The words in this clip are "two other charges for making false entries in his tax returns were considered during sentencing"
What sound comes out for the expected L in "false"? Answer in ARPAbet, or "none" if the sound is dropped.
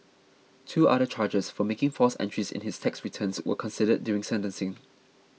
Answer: none